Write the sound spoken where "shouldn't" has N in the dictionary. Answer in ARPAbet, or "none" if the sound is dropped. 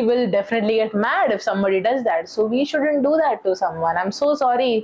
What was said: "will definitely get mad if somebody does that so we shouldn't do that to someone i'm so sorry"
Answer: N